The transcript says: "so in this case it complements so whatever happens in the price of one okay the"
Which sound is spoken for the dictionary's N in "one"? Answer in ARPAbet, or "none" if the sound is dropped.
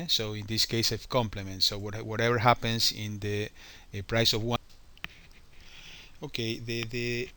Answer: none